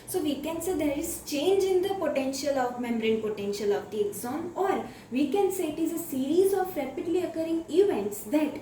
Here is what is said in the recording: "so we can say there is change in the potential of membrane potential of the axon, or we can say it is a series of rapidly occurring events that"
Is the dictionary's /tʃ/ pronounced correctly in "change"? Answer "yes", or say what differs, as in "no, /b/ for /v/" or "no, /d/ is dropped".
yes